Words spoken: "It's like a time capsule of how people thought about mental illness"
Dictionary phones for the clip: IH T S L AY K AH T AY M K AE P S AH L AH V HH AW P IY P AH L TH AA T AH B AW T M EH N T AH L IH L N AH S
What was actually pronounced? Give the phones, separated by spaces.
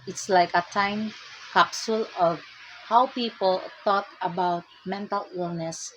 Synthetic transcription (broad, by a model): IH T S L AY K AH T AY M K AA P S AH L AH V HH AW P IY P AH L T AA T AH B AW T M EH N T AH L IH L N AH S